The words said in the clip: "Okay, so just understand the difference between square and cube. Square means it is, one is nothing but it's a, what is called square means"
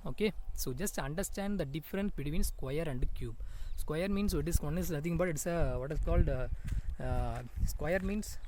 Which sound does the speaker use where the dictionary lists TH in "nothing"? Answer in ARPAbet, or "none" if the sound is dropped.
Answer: T